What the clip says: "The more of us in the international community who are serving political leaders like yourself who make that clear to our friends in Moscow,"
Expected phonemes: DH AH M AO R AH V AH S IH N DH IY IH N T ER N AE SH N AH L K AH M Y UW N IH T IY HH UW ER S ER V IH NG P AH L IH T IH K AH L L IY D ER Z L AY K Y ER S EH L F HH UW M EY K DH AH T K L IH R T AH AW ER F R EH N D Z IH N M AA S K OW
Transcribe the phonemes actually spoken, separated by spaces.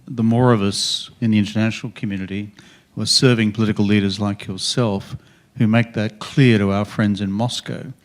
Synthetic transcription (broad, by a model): DH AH M AO R AH V AH S IH N DH IY IH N T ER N AE SH N L K M Y UW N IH T IY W ER S ER V IH NG P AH L IH T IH K L L IY D ER Z L AY K Y ER S EH L F HH UW M EY K DH AH T K L IH R T AH AW ER F R EH N D Z IH N M AA S K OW